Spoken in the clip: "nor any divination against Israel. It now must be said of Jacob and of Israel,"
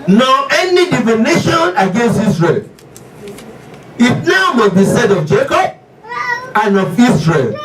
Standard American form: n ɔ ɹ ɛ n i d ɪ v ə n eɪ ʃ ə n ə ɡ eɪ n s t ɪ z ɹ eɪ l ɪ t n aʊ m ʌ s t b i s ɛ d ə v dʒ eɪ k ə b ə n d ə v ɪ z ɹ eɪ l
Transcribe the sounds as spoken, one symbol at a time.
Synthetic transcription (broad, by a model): n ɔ ɛ n i d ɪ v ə n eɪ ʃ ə n ə ɡ eɪ n s t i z ɹ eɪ l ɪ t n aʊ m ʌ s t b i s ɛ d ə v dʒ eɪ k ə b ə n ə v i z ɹ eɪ l